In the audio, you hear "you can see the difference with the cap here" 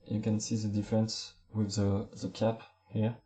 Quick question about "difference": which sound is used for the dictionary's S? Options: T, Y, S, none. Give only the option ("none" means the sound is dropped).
S